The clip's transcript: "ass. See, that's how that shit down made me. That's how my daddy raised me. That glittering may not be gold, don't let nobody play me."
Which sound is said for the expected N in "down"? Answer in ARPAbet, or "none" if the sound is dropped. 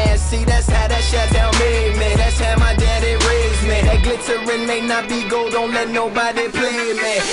L